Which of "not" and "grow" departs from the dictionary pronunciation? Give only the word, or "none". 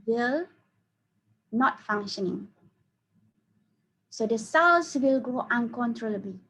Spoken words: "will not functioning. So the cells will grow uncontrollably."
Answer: grow